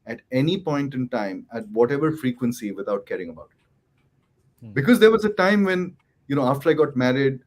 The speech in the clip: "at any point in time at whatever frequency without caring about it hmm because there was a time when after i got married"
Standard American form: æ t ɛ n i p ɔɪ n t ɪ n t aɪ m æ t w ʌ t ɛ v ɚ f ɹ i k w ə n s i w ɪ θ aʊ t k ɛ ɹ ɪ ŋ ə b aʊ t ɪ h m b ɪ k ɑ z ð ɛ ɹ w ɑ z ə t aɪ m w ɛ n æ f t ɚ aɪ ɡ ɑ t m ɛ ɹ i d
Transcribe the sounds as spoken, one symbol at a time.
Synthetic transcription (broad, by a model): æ t ɛ n i p ɔɪ n t ɪ n t aɪ m æ t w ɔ t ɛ v ɚ f ɹ i k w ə n s i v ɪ t aʊ t k ɛ ɹ ɪ ŋ ə b aʊ t ɪ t b ɪ k ɑ z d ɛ ɹ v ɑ z ə t aɪ m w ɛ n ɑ f t ɚ aɪ ɡ ɑ t m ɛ ɹ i d